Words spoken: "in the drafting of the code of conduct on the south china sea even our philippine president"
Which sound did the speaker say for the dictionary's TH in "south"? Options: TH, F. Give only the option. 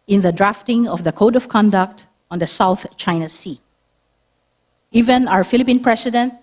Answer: TH